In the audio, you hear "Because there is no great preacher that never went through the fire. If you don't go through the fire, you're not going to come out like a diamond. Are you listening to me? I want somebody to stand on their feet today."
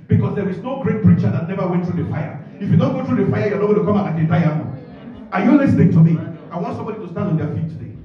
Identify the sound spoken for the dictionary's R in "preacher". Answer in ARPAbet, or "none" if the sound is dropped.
R